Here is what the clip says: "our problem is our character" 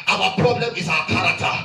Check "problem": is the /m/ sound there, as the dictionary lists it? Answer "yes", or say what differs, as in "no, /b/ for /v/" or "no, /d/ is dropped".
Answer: yes